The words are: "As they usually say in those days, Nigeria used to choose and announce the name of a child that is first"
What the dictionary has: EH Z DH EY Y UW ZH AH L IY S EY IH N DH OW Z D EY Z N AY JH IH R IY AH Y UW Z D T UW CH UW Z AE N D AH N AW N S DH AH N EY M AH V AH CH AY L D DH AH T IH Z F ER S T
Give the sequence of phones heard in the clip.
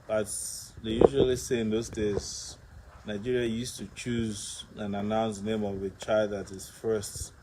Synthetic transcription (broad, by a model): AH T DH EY Y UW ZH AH L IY S EY IH N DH OW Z D EY Z N AY JH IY R IY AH Y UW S T UW CH UW Z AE N AH N AW N S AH N EY M AH V AH CH AY L D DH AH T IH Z F ER S T